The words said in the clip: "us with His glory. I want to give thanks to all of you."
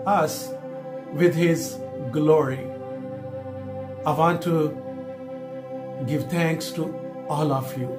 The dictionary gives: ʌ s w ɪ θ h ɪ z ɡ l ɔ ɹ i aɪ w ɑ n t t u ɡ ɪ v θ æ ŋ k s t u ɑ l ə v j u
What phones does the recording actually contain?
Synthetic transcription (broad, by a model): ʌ s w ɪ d h ɪ z ɡ l ɔ ɹ i aɪ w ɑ n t t u ɡ ɪ v t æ ŋ k s t u ɑ l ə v j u